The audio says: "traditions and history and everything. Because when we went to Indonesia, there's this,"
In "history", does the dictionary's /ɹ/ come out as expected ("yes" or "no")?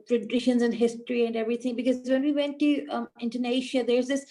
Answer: yes